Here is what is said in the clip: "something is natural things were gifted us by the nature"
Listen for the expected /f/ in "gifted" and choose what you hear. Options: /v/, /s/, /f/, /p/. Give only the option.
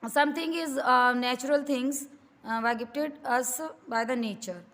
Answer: /p/